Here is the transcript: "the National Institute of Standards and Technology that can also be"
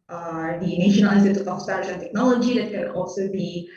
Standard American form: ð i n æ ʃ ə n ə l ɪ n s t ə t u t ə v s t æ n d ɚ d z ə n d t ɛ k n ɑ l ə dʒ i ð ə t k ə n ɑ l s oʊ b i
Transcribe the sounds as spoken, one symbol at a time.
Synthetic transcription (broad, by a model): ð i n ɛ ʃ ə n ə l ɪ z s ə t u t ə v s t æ d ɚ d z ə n t ɛ k n ɑ l ə dʒ i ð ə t k ə n ɑ l s oʊ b i